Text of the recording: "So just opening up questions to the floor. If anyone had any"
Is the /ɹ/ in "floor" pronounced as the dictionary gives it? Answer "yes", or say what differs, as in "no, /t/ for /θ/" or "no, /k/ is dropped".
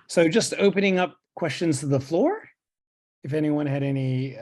yes